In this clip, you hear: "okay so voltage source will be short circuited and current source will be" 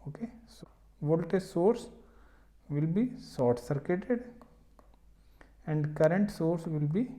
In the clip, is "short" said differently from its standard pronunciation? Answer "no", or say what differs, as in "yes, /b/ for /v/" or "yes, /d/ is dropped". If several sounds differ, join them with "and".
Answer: yes, /s/ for /ʃ/